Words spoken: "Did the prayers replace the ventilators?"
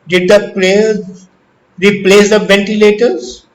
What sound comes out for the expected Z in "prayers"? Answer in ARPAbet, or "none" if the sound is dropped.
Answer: none